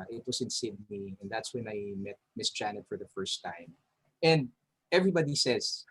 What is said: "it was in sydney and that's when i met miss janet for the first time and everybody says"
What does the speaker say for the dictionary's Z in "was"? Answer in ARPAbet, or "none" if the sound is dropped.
S